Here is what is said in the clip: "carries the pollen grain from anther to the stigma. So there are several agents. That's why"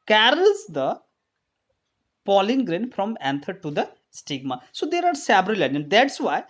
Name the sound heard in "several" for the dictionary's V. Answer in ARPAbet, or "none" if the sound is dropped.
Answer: B